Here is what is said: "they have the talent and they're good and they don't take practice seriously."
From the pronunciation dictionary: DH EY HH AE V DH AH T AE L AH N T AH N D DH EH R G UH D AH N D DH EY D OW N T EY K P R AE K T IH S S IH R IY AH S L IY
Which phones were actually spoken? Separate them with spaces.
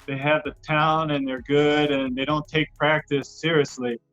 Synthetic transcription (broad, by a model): DH EY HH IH V DH AH T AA AH N AH N DH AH R G UH D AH N DH EY D OW N T EY K P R AE K T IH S S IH R IY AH S L IY